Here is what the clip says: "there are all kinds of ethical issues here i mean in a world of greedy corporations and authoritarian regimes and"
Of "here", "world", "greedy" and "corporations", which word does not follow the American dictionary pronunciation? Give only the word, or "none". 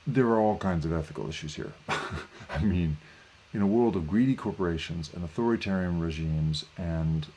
none